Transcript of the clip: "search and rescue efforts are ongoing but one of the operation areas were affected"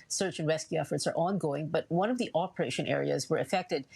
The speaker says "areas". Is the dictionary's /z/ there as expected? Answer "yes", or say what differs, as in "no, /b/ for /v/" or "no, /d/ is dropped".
yes